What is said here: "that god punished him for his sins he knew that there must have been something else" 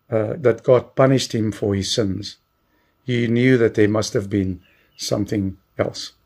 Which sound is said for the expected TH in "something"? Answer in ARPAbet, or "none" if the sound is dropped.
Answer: TH